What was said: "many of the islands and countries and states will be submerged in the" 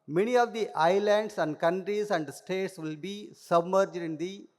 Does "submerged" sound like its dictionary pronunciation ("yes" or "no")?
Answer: yes